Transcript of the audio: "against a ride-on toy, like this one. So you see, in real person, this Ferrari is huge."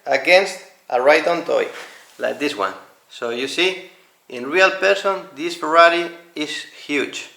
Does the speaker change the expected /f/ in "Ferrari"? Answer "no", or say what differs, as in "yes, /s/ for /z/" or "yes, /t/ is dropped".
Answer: yes, /p/ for /f/